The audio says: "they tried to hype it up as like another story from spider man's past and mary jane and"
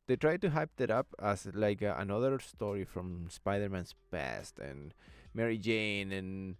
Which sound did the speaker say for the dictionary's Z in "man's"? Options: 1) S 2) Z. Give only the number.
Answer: 1